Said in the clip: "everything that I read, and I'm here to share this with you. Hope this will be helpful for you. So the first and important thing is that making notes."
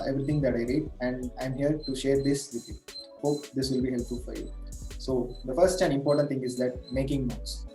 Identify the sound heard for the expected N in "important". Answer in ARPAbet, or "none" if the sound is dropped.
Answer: none